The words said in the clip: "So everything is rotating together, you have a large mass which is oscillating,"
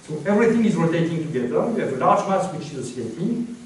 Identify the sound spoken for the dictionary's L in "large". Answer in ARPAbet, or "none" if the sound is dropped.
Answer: N